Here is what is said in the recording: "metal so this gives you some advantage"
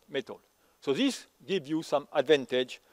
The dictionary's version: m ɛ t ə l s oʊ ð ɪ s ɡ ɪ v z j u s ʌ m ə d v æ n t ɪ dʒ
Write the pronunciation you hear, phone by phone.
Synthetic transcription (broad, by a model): m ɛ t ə l s oʊ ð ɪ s ɡ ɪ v j u s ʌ m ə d v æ n t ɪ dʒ